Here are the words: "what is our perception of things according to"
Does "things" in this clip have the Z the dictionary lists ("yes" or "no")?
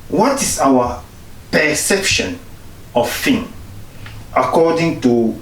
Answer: no